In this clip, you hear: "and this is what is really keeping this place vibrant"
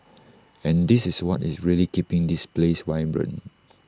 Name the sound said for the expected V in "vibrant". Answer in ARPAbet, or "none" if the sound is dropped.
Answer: W